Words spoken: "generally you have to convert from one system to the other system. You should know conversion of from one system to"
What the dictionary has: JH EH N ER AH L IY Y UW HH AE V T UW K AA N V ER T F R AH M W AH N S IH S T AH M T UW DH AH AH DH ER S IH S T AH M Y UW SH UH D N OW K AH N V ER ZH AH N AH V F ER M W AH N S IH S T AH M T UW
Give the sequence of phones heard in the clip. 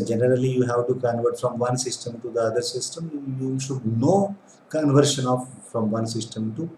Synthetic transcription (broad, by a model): JH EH N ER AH L IY Y UW HH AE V T UW K AA N V ER T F R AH M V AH N S IH S T AH M T UW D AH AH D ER S IH S T AH M Y UW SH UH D N OW K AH N V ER SH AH N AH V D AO M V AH N S IH S T AH M T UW